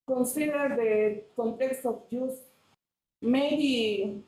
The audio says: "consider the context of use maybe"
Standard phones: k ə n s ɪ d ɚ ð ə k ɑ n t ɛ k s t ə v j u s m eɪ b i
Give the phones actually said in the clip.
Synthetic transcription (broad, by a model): k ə n s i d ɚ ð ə k ɑ n t ɛ k s t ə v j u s m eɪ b i